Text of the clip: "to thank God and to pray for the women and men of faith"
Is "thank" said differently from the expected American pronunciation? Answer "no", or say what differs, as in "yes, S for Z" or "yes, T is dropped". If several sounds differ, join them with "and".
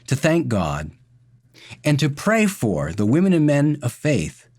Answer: no